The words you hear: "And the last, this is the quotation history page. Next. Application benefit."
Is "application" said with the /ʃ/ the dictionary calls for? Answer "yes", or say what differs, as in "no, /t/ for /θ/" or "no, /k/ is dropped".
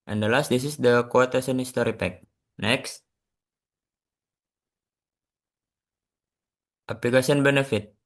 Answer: no, /s/ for /ʃ/